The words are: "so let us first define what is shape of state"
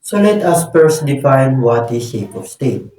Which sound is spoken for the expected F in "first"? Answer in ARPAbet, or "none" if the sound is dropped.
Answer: P